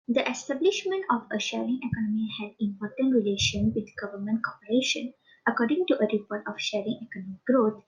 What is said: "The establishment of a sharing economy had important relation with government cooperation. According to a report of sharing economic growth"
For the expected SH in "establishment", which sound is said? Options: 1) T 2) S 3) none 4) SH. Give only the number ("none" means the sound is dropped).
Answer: 4